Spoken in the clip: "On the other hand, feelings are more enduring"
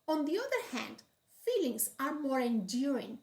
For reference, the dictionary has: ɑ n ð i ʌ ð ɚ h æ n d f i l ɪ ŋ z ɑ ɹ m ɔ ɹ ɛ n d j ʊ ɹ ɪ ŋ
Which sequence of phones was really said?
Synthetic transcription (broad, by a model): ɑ n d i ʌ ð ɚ h æ n d f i l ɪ ŋ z ɑ ɹ m ɔ ɹ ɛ n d j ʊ ɹ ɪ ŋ